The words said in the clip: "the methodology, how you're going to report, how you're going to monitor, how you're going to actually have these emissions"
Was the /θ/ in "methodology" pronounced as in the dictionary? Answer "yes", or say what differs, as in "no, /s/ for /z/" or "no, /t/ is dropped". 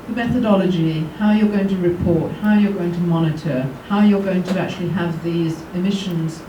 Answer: yes